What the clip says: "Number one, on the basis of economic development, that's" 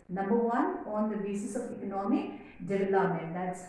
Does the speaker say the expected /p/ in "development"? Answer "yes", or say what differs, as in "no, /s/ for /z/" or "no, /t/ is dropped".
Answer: no, /p/ is dropped